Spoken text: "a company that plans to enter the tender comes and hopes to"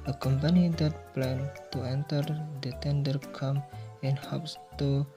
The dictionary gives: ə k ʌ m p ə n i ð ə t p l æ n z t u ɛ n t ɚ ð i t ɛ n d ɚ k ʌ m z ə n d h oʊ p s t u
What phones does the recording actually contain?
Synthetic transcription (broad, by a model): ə k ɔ m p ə n i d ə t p l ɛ n t u ɛ n t ɚ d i t ɛ n d ɚ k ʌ m ə n h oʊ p s t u